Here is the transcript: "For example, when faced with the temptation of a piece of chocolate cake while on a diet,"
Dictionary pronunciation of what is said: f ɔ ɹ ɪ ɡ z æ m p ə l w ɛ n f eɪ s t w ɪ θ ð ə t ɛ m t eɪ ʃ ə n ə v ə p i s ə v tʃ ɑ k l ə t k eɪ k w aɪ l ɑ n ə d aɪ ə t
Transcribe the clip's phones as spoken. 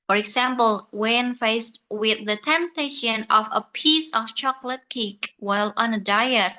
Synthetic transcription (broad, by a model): f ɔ ɹ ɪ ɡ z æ m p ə l w ɛ n f eɪ s t w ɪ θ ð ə t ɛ m t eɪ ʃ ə n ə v ə p i s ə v tʃ ɑ k l ə t k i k w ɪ l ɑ n ə d aɪ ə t